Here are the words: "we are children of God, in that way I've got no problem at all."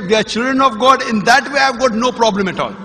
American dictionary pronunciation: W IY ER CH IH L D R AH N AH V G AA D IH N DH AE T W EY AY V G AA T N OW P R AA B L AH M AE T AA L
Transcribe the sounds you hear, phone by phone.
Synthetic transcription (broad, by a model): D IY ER CH IH L D R AH N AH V G AA D IH N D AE T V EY AY V G AA T N OW P R AA B L AH M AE T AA L